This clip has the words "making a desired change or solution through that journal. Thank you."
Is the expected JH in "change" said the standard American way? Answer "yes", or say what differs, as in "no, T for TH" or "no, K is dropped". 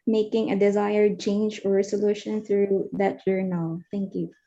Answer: yes